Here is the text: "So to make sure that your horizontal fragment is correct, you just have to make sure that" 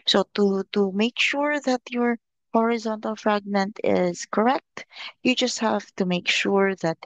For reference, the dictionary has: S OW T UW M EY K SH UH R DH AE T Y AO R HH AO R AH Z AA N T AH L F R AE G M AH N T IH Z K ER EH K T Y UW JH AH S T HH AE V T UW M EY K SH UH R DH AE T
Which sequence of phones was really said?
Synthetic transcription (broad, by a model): S OW T UW M EY K SH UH R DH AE T Y AO R HH AO R AH Z AA N T AH L F R AE G M AH N T IH Z K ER EH K T Y UW JH AH S T HH AE V T UW M EY K SH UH R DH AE T